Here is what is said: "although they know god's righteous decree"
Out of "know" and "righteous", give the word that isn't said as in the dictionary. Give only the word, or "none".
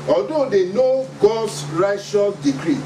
righteous